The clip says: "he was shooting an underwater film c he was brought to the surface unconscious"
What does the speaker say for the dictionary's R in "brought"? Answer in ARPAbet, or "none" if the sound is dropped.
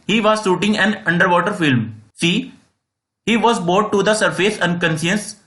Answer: none